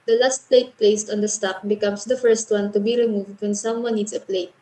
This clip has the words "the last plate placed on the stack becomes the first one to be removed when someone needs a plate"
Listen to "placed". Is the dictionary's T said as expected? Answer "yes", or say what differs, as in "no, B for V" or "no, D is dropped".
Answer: yes